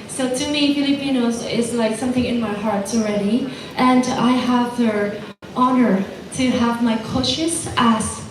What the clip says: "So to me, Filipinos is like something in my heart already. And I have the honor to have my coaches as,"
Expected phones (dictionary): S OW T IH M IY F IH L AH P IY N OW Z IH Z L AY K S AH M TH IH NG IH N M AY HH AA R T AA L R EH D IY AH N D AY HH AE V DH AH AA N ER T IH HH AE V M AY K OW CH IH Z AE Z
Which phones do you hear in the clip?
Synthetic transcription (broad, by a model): S OW T IH M IY F IH L AH P IY N OW Z IH Z L AY K S AH M TH IH NG IH N M AY HH AA R T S L R EH D IY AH N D AY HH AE V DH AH AA N ER T IH HH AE V M AY K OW SH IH S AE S